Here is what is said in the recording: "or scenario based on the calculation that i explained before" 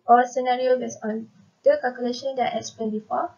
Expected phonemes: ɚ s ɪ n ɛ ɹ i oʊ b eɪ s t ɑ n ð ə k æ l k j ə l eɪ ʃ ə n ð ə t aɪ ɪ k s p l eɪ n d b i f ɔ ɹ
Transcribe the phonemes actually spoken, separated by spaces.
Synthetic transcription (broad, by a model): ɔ s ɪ n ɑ ɹ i oʊ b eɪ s ɑ n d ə k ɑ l k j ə l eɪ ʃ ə n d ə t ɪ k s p eɪ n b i f ɔ